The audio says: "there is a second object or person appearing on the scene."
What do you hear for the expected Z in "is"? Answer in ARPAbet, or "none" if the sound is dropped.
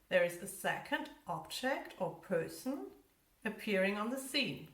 Z